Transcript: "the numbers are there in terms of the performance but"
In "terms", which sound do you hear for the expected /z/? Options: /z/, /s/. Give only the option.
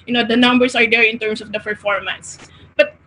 /s/